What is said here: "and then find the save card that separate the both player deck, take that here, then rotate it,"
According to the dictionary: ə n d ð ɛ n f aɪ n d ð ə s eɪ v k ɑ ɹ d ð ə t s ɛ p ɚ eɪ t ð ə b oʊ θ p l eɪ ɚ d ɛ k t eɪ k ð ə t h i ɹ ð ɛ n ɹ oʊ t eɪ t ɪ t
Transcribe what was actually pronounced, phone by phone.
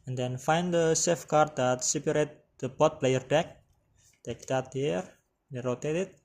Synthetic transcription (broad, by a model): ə n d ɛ n f aɪ n d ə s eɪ f k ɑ ɹ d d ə t s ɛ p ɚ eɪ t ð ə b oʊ t p l eɪ ɚ d ɛ k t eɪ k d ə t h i ɹ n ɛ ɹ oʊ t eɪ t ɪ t